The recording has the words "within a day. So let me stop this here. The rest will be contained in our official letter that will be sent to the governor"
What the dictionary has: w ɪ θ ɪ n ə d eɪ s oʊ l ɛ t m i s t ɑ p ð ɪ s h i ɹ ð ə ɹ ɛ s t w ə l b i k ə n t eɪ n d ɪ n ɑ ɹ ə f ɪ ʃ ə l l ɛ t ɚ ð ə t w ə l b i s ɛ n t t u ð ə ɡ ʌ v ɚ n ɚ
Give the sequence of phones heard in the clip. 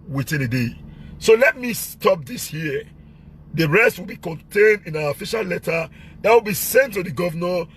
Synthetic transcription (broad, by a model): w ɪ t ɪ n ə d eɪ s oʊ l ɛ t m i s t ɑ p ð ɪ s h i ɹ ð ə ɹ ɛ s t w ə l b i k ə n t eɪ n d ɪ n ɑ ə f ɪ ʃ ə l l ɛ t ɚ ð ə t w ə l b i s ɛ n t t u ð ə ɡ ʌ v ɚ n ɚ